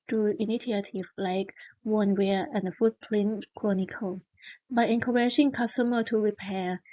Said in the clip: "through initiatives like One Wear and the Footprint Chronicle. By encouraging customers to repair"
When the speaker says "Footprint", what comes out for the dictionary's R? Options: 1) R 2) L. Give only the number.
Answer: 2